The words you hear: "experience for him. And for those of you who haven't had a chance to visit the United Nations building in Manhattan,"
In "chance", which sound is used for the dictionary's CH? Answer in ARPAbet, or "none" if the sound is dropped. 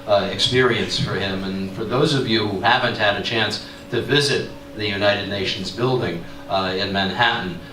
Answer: CH